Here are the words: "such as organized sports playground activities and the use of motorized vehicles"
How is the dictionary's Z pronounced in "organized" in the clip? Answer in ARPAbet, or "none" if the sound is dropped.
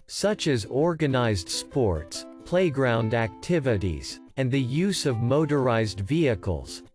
Z